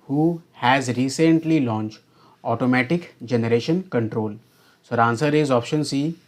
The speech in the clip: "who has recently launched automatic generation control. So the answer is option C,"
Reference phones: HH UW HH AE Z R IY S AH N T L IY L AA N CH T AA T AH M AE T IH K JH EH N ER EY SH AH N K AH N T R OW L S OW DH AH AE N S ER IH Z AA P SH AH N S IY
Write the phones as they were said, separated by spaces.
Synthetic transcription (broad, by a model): HH UW HH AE Z R IY S AH N T L IY L AA N CH T AA T AH M AE T IH K JH EH N ER EY SH AH N K AH N T R OW L S OW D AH N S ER IH Z AA P SH AH N S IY